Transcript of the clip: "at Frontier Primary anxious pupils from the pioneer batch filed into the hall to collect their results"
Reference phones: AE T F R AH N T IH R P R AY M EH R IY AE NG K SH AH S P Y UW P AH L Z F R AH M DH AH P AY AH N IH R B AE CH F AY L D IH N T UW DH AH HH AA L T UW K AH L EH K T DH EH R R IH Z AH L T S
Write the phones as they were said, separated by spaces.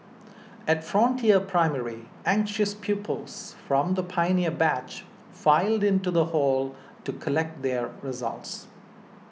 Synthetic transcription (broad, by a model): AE T F R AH N T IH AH P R AY M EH R IY AE NG K SH AH S P Y UW P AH L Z F R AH M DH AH P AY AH N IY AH B AE CH F AY L D IH N T UW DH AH HH AA L T UW K AH L EH K T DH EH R R IH Z AH L T S